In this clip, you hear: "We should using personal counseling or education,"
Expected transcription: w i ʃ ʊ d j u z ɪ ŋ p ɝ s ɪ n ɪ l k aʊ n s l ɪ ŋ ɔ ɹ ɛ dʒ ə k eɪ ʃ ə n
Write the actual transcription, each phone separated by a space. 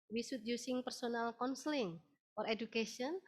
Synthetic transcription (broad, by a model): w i s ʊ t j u s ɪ ŋ p ɝ s ɪ n ɪ l k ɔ n s l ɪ ŋ ɔ ɹ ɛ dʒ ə k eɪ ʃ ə n